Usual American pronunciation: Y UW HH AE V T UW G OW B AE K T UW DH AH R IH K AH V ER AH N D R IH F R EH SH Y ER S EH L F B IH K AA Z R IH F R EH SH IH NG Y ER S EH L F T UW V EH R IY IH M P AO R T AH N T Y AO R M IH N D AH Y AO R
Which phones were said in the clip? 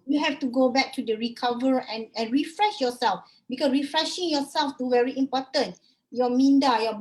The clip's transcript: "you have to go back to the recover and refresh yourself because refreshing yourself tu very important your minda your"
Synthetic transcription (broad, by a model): Y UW HH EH F T UW G OW B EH K T UW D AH R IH K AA V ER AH N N R IH F R EH SH Y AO S EH L F B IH K AA S R IH F R EH SH IH NG Y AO S EH L F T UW V EH R IY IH M P AO T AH N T Y AO M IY N D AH Y AO